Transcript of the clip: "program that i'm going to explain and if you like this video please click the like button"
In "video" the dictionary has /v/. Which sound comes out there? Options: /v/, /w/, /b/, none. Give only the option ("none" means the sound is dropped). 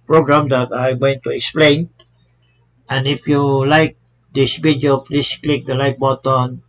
/b/